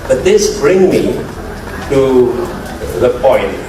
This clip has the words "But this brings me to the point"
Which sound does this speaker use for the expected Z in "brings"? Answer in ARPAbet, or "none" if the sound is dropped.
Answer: none